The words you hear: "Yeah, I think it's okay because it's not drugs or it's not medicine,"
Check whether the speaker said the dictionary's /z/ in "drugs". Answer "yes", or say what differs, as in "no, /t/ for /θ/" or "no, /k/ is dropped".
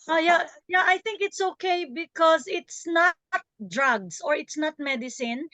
no, /s/ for /z/